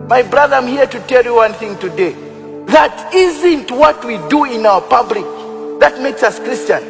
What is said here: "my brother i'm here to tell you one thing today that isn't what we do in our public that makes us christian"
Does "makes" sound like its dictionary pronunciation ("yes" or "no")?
yes